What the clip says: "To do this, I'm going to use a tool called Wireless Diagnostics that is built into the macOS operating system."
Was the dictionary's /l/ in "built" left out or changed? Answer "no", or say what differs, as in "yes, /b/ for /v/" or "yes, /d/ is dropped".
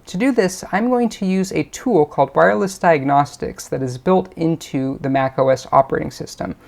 no